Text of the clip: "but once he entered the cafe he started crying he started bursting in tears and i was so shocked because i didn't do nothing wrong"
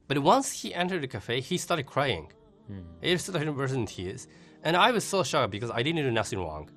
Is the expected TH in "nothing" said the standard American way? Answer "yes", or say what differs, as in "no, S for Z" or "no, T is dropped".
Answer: no, S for TH